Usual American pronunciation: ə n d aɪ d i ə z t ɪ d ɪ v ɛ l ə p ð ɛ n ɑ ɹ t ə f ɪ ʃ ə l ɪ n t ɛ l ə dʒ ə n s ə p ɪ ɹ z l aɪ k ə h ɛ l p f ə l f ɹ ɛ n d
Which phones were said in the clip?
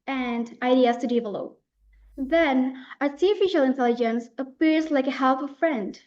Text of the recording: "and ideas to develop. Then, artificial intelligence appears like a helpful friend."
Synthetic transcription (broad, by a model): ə n d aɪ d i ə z t ɪ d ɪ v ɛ l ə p ð ɛ n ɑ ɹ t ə f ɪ ʃ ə l ɪ n t ɛ l ə dʒ ə n s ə p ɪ ɹ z l aɪ k ə h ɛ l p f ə f ɹ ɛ n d